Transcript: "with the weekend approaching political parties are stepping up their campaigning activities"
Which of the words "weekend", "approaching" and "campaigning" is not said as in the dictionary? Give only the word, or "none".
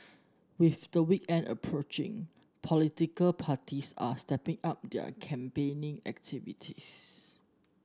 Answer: none